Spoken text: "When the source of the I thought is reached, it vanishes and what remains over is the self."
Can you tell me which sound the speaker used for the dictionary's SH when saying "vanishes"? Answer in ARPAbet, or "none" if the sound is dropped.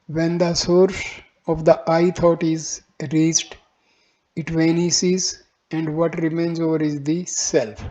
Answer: S